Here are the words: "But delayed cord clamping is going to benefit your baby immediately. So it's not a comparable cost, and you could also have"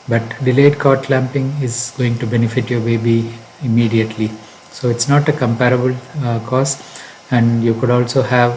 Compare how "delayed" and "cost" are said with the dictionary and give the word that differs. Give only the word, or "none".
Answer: cost